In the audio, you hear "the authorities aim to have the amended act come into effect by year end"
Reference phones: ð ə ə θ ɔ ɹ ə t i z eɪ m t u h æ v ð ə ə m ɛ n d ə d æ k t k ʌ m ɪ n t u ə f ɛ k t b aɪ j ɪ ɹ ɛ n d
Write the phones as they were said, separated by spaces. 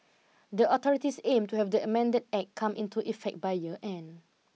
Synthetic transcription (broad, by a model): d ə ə t ɔ ɹ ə t i s eɪ m t u h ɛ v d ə ə m ɛ n d ə d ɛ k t k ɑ m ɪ n t u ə f ɛ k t b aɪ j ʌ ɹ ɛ n